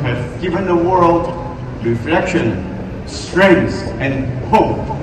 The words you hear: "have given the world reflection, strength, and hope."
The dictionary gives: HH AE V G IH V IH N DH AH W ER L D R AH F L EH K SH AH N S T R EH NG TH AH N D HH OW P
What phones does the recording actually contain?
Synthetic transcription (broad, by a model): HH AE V G IH V IH N DH AH W ER L D R AH F L EH K SH AH N S T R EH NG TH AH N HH OW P